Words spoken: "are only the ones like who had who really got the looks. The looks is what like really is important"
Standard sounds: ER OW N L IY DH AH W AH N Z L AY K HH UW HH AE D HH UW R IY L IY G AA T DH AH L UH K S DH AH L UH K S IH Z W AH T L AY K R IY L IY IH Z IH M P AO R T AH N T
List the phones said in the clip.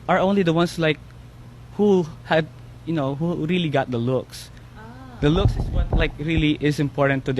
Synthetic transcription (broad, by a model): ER OW N L IY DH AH W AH N S L AY K HH UW HH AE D HH UW R IY L IY G AA T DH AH L UH K S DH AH L UH K S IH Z W AH T L AY K R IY L IY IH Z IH M P AO R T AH N T